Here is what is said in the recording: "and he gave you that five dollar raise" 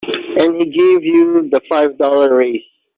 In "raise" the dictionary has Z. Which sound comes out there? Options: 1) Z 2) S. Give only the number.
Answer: 2